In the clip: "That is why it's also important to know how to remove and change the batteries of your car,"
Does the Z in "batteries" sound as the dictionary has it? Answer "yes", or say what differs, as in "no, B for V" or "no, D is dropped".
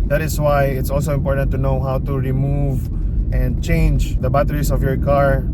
no, S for Z